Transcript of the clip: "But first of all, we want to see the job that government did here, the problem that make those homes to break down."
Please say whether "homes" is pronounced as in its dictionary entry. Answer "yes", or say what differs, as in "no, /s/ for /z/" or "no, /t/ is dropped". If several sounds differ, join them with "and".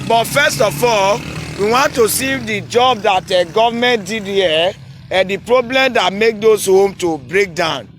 no, /z/ is dropped